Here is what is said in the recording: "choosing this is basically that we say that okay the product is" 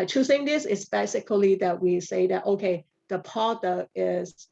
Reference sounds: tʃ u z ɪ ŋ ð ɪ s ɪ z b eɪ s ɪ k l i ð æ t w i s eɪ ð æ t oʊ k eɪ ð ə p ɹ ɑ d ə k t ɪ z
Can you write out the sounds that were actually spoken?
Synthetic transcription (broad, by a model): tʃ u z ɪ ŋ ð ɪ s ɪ s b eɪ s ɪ k l i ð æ t w i s eɪ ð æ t oʊ k eɪ ð ə p ɑ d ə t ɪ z